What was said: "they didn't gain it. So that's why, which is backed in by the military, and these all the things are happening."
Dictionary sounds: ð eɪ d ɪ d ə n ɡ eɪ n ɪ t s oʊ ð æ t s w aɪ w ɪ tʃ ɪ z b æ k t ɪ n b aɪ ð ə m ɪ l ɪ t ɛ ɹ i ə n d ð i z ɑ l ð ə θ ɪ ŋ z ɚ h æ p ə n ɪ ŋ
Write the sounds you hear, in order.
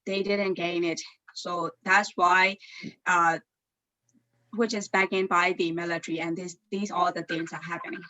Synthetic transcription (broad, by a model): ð eɪ d ɪ d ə n ɡ eɪ n ɪ t s oʊ ð æ t s w aɪ w ɪ tʃ ɪ z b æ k ɪ n b aɪ ð ə m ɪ l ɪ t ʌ ɹ i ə n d ð i z ɑ l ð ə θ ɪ ŋ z ɚ h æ p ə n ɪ ŋ